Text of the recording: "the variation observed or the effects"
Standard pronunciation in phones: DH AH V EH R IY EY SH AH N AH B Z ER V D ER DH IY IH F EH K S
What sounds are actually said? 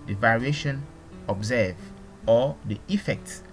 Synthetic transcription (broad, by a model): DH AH V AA R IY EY SH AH N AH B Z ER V AO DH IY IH F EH K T